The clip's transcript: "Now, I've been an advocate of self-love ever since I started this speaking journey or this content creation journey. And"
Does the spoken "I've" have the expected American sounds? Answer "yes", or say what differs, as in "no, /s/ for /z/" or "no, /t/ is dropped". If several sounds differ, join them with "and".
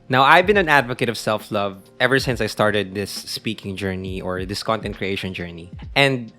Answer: yes